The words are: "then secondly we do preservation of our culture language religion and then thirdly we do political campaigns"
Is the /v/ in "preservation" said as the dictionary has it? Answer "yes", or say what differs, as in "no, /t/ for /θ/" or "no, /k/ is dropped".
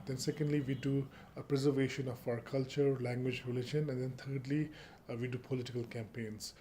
yes